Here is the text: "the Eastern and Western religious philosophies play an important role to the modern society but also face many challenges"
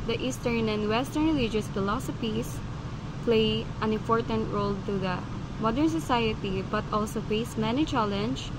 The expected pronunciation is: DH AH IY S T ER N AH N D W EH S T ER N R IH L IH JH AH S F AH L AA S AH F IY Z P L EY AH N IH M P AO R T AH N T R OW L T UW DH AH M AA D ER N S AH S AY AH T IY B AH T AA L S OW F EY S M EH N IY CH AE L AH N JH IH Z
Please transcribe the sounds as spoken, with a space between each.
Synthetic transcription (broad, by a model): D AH IY S T ER N AH N D W EH S T ER N R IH L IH JH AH S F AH L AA S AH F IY S P L EY AH N IH M P AO R T AH N T R OW L T UW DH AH M AA D ER N S AH S AY AH T IY B AH T AA L S OW F EY S M EH N IY CH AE L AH N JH